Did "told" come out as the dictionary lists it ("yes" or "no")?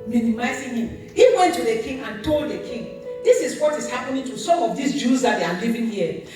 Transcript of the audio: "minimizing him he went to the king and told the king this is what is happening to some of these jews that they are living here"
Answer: yes